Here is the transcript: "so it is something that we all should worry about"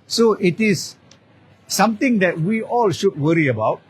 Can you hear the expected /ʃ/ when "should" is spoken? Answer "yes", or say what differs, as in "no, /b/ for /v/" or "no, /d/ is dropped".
yes